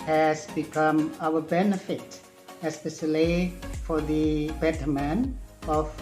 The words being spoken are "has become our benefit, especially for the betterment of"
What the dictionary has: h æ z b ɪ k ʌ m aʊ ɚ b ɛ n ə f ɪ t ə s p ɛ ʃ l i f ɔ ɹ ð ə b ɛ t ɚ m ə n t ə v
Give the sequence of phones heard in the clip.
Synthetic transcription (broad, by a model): h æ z b ɪ k ʌ m aʊ ɚ b ɛ n ə f ɪ t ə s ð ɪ s l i f ɔ ɹ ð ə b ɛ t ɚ m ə n ə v